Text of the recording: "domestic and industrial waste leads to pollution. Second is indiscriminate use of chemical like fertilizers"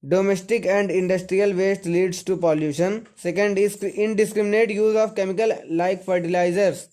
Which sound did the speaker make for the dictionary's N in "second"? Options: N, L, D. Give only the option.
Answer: N